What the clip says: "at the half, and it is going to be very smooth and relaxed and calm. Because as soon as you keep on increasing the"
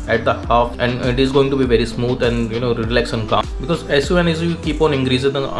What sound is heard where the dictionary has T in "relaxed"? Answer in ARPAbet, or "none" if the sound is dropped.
none